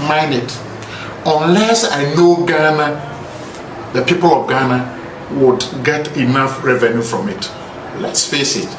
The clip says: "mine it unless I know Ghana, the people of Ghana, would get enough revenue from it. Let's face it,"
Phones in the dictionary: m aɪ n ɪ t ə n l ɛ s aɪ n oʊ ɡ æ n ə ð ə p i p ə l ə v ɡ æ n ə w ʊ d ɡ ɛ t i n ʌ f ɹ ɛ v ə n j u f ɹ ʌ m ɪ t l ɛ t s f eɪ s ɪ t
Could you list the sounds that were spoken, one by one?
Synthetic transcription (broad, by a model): m aɪ n ɪ t ə n l ɛ s aɪ n oʊ ɡ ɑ n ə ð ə p i p ə l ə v ɡ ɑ n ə w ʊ d ɡ ɛ t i n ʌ f ɹ ɛ v ə n j u f ɹ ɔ m ɪ t l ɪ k s p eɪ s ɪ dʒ